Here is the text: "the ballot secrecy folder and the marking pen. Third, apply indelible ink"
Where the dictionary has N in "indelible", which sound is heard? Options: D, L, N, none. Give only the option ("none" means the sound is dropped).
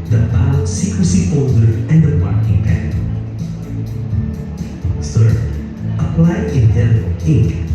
none